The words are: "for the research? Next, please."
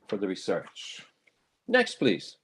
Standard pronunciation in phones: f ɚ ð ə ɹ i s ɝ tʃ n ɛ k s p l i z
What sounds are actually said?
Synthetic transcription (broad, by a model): f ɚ ð ə ɹ i s ɝ tʃ n ɛ k s p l i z